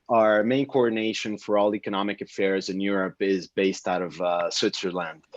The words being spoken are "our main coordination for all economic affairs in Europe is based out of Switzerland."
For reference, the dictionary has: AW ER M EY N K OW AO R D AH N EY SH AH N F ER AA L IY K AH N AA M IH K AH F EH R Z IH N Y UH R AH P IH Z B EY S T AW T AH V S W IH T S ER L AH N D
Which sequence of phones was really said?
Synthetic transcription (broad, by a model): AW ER M EY N K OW AO R D N EY SH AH N F ER AA L IY K AH N AA M IH K AH F EH R Z IH N Y UH R AH P IH Z B EY S T AW T AH V S W IH T S ER L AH N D